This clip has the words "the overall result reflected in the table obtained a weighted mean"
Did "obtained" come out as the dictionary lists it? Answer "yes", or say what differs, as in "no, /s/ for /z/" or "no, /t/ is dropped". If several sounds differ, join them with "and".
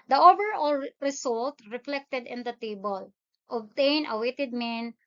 no, /d/ is dropped